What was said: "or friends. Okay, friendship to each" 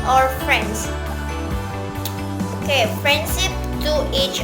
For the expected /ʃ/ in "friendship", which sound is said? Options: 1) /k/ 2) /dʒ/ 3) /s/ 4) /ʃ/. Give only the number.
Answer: 3